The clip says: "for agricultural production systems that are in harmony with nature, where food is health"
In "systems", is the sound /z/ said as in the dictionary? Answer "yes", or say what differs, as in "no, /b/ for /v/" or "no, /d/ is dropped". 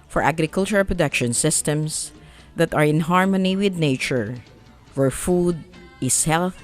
no, /s/ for /z/